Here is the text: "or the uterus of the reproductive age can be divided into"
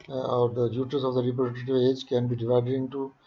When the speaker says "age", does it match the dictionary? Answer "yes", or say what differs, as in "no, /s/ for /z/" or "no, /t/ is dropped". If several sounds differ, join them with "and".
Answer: yes